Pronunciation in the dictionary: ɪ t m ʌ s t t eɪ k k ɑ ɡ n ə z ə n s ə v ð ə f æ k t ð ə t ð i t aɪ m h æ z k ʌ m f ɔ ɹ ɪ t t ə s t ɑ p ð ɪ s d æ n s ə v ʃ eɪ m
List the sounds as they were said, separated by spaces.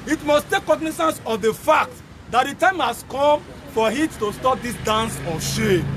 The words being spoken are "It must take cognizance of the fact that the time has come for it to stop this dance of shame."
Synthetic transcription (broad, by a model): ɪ t m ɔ s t t eɪ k k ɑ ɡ n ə s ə n s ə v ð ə f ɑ k t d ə t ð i t aɪ m h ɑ s k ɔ m f ɔ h ɪ t t ə s t ɑ p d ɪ s d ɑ n s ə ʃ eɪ